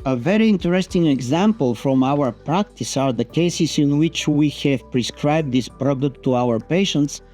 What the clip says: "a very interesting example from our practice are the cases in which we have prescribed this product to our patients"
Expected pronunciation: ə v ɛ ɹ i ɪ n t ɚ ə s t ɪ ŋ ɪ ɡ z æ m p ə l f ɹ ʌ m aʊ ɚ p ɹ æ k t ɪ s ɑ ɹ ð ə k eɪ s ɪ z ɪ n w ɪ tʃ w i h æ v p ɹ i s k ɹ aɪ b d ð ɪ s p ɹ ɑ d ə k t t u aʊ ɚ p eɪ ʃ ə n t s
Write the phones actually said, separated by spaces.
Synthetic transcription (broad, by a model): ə v ɛ ɹ i ɪ n t ɚ ə s t ɪ ŋ ɪ ɡ z æ m p ə l f ɹ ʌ m aʊ ɚ p ɹ æ k t ɪ s ɑ ɹ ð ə k eɪ s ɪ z ɪ n w ɪ tʃ w i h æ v p ɹ i s k ɹ aɪ b d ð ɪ s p ɹ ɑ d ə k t t u aʊ ɚ p eɪ ʃ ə n t s